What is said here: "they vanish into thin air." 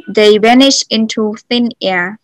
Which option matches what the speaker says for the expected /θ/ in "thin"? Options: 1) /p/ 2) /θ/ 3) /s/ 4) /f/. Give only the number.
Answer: 2